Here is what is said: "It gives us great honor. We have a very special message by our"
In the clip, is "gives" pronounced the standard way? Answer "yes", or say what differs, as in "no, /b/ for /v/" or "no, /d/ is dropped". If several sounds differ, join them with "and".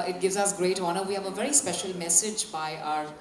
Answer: yes